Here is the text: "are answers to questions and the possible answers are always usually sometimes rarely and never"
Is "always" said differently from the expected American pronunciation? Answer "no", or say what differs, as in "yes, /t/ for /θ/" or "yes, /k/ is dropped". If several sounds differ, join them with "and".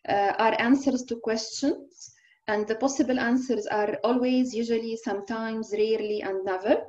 no